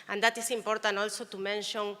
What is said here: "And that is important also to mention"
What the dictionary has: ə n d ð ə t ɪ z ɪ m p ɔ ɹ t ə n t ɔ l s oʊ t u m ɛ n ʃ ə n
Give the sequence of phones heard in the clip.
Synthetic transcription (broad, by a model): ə n d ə t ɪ s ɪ m p ɔ ɹ t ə n ɔ l s oʊ t u m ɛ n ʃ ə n